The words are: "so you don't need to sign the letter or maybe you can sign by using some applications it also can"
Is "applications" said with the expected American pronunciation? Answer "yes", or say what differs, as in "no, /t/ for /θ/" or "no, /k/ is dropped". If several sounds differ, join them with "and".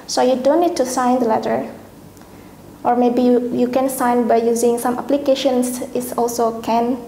no, /s/ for /z/